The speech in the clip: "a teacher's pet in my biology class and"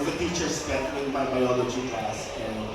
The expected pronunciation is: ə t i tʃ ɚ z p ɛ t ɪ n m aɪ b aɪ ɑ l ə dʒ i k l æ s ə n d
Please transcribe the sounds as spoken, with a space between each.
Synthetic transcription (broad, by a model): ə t i tʃ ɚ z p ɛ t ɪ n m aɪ b aɪ ɑ l ə dʒ i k æ s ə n